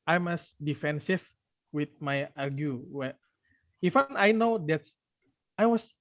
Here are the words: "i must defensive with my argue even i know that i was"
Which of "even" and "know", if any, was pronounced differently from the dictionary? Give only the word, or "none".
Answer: even